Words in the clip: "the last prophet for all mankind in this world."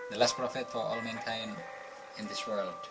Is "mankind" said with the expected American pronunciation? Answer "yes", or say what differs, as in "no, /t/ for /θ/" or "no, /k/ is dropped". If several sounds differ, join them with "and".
no, /d/ is dropped